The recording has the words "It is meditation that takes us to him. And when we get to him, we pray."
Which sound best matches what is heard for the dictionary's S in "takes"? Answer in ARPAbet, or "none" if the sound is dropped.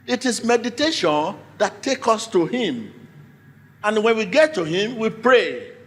none